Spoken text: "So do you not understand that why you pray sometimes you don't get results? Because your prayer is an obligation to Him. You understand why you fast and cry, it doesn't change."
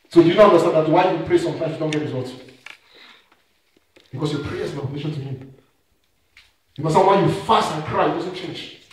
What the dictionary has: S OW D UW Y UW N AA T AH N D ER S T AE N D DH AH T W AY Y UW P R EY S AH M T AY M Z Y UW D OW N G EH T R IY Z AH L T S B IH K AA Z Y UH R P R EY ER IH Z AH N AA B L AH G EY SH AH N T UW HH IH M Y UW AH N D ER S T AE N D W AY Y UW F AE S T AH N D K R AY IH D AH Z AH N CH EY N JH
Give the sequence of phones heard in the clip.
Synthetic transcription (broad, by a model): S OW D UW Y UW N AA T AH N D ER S T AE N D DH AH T W AY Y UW P R EY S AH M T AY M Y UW D OW N G EH T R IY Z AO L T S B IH K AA S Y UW P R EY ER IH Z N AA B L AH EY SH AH N T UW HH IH M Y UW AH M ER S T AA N W AY Y UW F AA S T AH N K R AY IH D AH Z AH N CH EY N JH